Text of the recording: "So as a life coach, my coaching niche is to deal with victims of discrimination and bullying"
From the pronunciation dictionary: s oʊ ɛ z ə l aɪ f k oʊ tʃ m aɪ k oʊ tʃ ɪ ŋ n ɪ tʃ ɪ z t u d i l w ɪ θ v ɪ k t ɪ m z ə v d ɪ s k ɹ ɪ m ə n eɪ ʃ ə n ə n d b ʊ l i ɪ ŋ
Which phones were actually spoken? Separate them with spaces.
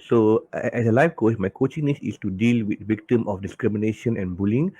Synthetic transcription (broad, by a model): s oʊ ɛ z ə l aɪ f k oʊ s m aɪ k oʊ tʃ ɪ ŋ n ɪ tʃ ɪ s t u d i l w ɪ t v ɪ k t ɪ m ə f d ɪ s k ɹ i m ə n eɪ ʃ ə n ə n b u l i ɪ ŋ